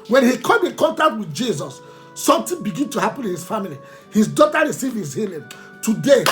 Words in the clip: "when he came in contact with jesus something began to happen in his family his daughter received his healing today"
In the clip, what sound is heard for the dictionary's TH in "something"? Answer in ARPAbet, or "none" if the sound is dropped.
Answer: T